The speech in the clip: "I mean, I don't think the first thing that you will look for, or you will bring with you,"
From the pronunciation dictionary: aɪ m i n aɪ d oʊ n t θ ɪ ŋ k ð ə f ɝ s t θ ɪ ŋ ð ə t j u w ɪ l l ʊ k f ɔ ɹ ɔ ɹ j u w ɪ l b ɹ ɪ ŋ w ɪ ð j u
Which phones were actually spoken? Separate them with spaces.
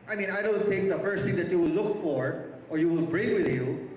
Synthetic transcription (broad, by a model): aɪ m i n aɪ d oʊ n t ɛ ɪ k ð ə f ɝ s t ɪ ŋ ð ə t j u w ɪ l l ʊ k f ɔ ɹ ɔ ɹ j u w ɪ l b ɹ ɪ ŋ w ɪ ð j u